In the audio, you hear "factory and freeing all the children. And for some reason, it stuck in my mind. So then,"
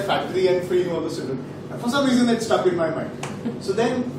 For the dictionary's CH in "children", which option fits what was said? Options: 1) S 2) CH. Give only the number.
1